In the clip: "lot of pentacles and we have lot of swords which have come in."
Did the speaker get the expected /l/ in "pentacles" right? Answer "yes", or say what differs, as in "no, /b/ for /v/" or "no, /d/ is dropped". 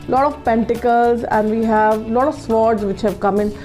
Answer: yes